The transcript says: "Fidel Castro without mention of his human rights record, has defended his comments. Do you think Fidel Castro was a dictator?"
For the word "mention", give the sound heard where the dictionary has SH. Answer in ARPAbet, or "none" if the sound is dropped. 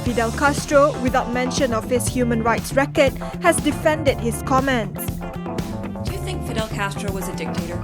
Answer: SH